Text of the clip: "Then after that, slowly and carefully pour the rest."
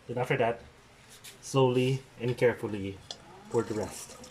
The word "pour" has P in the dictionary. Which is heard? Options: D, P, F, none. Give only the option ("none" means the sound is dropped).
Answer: F